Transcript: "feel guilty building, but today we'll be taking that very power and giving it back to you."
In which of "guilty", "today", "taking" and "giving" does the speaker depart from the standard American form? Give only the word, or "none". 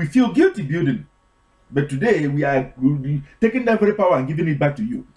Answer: none